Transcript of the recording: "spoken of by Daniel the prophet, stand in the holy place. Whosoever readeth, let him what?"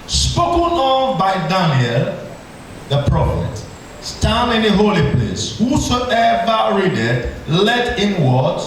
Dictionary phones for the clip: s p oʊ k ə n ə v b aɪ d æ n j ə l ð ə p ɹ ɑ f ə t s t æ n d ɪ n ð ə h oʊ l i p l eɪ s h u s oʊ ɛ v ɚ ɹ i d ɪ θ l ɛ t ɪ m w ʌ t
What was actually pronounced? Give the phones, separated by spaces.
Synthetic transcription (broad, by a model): s p oʊ k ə n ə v b aɪ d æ n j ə l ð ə p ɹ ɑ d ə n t t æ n ɪ n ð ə h oʊ l i p l eɪ s h u s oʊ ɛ v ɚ ɹ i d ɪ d l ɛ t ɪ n w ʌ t